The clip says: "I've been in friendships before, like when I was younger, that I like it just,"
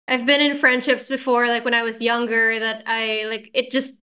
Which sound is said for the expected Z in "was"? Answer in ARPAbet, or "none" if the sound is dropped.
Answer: Z